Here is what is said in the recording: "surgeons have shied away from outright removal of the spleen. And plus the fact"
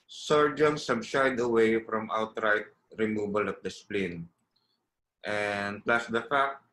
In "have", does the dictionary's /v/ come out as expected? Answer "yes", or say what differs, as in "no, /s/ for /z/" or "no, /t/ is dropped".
no, /b/ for /v/